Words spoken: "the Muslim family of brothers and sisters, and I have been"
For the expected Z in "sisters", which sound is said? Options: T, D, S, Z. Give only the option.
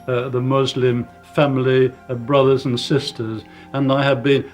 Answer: Z